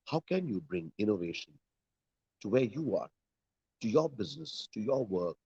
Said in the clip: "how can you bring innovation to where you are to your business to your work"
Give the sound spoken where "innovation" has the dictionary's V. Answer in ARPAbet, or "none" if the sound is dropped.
V